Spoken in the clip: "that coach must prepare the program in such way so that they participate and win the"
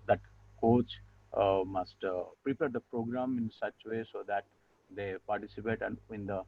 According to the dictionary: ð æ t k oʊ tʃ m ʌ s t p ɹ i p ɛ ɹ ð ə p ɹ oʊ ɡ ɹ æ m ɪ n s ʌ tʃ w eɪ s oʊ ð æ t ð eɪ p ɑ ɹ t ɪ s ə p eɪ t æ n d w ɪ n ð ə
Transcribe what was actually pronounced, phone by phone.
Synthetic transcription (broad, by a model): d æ t k oʊ tʃ m ʌ s t p ɹ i p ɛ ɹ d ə p ɹ oʊ ɡ ɹ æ m ɪ n s ʌ tʃ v eɪ s oʊ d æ t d eɪ p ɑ ɹ t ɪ s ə p eɪ t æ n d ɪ n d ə